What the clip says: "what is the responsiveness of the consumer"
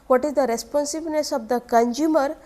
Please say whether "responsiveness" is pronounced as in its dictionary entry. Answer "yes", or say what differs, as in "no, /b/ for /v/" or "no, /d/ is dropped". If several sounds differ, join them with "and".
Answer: no, /b/ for /v/